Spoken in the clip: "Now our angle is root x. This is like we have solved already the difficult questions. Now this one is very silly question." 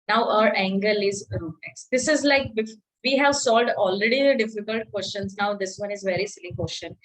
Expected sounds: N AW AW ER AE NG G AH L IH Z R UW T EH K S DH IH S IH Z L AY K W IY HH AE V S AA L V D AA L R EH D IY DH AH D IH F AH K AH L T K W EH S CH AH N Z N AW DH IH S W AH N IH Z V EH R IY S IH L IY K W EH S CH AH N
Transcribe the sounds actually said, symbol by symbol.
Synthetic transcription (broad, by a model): N AW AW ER AE NG G AH L IH Z R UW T EH K S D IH S IH Z L AY K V IY HH AE V S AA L D AA L R EH D IY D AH D IH F AH K AH L T K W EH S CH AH N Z N AW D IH S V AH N IH Z V EH R IY S IH L IY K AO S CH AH N